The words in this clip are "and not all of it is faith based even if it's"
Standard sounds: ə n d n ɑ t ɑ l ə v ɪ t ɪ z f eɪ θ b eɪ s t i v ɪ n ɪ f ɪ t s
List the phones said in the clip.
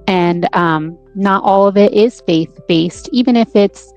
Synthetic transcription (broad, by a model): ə n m n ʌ t ɑ l ə v ɪ t ɪ z f eɪ θ b eɪ s t i v ɪ n ɪ f ɪ t s